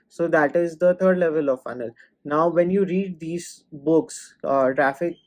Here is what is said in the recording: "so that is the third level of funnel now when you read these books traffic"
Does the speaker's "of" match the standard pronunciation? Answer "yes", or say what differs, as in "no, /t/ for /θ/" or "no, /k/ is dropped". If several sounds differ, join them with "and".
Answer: yes